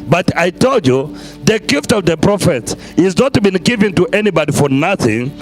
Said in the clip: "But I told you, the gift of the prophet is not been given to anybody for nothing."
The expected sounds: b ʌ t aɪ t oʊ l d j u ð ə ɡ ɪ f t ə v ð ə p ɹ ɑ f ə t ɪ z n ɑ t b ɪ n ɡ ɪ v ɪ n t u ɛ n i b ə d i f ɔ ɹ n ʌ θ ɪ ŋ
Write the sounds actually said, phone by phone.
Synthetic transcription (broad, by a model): b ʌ t aɪ t oʊ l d j u ð ə ɡ ɪ f t ə v ð ə p ɹ ɑ f ə t ɪ z n ɑ t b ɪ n ɡ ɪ v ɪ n t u ɛ n i b ə d i f ɔ ɹ n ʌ θ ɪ ŋ